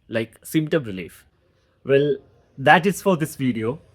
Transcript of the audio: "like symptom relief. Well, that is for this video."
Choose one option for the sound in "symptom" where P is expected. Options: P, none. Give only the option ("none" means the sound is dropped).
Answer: none